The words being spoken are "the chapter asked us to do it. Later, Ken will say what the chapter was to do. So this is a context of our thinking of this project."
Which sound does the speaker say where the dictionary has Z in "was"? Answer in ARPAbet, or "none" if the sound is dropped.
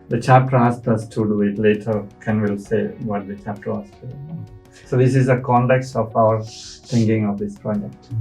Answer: S